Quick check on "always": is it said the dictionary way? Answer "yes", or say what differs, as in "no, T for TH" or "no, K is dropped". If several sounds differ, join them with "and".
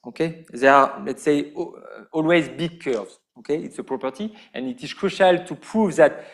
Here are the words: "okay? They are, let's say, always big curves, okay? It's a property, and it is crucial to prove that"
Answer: yes